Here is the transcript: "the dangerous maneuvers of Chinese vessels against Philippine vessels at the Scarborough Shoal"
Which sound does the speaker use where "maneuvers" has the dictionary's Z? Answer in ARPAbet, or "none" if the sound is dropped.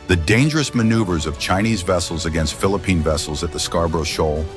Z